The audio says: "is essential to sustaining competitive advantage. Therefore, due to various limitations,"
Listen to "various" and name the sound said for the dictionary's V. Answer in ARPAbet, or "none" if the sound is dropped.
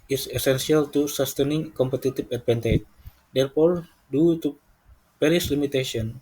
P